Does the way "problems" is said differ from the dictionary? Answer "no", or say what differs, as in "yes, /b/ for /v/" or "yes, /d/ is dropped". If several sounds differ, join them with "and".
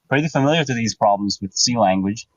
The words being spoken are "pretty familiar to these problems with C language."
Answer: no